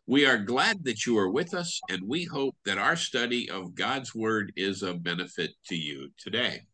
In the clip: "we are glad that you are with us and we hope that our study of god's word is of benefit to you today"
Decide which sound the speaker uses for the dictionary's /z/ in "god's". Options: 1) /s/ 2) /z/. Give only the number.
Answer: 2